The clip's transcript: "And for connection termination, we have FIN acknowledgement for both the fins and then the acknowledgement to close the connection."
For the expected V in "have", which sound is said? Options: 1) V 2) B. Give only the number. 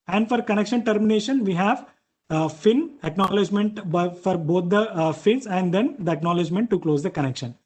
1